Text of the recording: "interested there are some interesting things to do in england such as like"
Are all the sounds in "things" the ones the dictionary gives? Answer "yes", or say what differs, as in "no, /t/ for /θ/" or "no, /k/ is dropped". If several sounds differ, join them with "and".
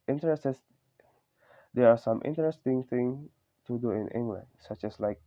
no, /z/ is dropped